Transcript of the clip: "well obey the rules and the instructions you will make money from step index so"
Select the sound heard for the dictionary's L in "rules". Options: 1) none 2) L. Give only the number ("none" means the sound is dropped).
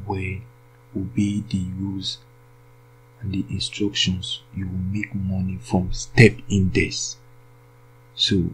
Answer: 1